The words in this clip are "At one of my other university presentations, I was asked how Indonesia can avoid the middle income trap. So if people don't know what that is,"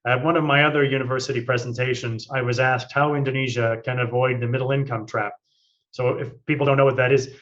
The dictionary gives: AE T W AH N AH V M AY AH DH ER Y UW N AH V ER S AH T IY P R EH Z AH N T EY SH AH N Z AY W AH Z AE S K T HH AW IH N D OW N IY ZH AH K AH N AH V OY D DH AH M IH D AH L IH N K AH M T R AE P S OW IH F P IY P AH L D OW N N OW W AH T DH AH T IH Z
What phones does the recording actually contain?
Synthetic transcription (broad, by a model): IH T W AH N AH V M AY AH DH ER Y UW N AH V ER S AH T IY P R EH Z N T EY SH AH N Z AY W AH Z AE S K T HH AW IH N D OW N IY ZH AH K AH N AH V OY D DH AH M IH D L IH N K AH M T R AE P S OW IH F P IY P L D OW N N OW W AH T DH AH T IH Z